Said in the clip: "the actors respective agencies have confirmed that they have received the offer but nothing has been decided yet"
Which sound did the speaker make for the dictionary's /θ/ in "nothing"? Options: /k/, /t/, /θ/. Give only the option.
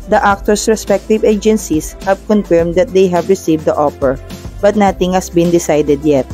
/t/